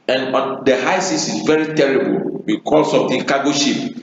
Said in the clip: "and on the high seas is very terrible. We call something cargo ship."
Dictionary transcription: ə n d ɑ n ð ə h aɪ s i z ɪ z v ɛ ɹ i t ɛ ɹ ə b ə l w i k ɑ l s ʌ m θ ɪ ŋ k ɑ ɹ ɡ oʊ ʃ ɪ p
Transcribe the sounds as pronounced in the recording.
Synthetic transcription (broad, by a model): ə n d ɑ n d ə h aɪ s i s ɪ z v ɛ ɹ i t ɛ ɹ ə b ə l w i k ɑ l s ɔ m t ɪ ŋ k ɑ ɡ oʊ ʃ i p